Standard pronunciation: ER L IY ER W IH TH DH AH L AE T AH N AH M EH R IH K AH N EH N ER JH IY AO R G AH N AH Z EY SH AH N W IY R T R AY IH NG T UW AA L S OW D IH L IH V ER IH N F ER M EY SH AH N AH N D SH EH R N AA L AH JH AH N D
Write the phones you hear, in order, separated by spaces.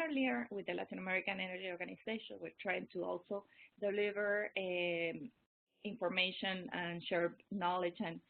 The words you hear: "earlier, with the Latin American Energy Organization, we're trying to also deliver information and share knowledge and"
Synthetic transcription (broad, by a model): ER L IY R W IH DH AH L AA T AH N AH M EH R IH K AH N EH N ER JH IY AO R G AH N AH S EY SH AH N W IY R T R AY IH NG T UW AA L S OW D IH L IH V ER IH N F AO M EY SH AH N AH N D SH EH R N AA L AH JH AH N